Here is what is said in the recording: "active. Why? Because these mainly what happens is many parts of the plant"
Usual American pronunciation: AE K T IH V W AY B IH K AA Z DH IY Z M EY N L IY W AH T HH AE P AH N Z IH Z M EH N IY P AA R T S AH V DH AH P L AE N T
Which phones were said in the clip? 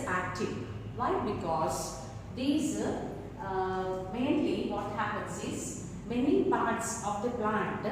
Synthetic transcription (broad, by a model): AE K T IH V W AY B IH K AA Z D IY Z M EY N L IY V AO T HH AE P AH N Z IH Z M EH N IY P AA R T S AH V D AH P L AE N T